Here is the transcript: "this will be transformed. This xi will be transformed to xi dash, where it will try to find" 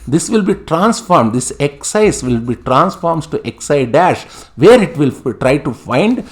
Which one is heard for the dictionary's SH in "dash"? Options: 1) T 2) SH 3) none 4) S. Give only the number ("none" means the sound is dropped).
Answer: 2